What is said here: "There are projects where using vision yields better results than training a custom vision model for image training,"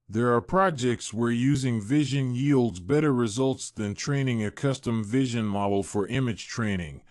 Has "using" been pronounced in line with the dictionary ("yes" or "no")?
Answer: yes